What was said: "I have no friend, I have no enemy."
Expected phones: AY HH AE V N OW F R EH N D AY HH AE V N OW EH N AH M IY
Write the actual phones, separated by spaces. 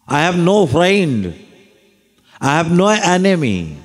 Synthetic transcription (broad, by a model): AY HH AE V N OW F R EH N D AY HH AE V N OW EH N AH M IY